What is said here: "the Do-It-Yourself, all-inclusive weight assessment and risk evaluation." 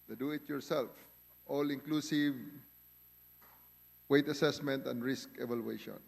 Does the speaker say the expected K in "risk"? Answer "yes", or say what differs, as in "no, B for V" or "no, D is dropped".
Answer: yes